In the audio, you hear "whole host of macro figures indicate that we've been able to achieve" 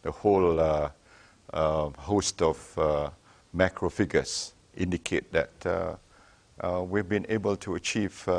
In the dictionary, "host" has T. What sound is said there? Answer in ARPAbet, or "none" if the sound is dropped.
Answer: T